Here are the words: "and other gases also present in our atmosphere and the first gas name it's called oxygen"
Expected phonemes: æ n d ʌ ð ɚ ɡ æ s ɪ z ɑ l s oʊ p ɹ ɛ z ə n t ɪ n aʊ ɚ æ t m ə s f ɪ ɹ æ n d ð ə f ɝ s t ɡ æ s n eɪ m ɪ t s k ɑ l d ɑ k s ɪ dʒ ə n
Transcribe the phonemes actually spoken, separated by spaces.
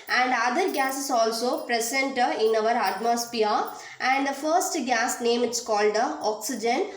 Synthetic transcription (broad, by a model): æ n d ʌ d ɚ ɡ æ s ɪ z ɑ l s oʊ p ɹ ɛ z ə n t ɪ n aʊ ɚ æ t m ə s p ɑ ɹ æ n d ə f ɝ s t ɡ æ s n eɪ m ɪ t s k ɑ l d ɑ k s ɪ dʒ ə n